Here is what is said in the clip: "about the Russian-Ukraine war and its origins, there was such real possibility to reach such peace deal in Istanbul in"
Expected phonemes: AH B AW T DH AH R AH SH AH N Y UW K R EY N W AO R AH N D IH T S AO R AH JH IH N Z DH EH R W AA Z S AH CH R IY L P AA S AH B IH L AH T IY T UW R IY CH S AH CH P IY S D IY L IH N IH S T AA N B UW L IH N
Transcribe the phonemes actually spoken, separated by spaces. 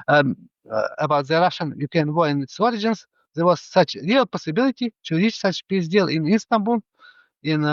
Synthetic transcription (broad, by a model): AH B AW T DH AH R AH SH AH N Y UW K EY N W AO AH N IH T S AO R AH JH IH N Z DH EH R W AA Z S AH CH R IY L P AA S AH B IH L AH T IY T UW R IY CH S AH CH P IY S D IY L IH N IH S T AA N B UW L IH N